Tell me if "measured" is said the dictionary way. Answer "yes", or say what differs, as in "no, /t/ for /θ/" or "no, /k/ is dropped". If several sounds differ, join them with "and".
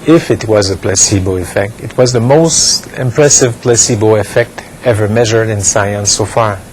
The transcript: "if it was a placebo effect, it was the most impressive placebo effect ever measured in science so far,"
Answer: yes